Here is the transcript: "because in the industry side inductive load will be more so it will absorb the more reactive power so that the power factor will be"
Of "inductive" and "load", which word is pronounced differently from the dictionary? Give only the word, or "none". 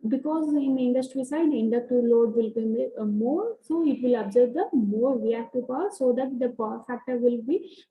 inductive